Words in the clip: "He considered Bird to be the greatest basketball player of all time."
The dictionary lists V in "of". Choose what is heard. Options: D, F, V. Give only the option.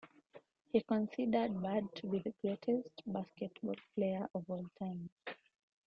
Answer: V